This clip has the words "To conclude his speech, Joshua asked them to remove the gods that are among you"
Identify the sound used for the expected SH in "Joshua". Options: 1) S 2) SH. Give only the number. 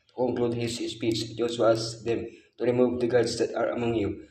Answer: 1